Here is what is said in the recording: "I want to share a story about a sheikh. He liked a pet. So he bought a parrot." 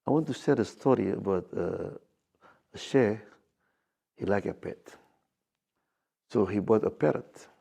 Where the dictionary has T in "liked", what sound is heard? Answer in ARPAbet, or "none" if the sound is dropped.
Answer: none